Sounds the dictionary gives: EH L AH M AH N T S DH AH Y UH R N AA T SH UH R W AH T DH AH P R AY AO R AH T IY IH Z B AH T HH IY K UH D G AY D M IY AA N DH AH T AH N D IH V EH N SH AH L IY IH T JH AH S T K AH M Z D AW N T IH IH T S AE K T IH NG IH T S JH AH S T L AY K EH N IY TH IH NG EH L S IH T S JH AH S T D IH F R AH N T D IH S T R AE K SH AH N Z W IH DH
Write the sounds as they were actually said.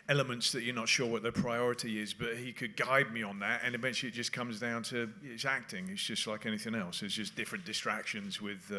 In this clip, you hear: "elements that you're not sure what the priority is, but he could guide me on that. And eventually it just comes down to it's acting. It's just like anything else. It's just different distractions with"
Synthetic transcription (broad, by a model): EH L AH M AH N T S DH AH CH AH R N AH T SH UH R W AH T DH AH P R AY AO R AH T IY IH Z B AH T HH IY K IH D G AY D M IY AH N DH AH T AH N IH V EH N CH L IY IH T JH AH S K AH M Z D AW N T IH IH T S AE K T IH NG IH T S JH AH S T L AY K EH N IY TH IH NG EH L S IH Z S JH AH S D IH F R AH N D IH S T R AE K SH AH N Z W IH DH